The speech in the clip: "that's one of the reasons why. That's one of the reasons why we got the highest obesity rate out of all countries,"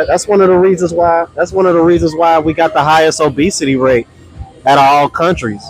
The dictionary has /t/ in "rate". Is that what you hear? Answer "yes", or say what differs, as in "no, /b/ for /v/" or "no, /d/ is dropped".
no, /t/ is dropped